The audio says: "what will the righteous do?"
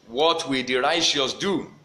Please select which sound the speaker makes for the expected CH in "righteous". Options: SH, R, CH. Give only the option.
SH